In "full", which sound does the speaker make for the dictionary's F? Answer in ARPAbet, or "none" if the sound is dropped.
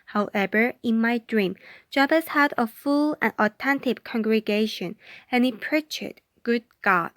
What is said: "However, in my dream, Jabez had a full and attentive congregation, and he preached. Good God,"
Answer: F